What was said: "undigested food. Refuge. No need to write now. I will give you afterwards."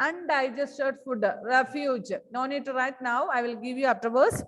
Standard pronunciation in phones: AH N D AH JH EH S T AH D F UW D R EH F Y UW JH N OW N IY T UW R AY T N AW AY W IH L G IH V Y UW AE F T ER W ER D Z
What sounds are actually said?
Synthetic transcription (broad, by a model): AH N D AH JH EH S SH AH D F UW D R EH F Y UW JH N OW N IY T UW R AY T N AW AY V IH L G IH V Y UW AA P T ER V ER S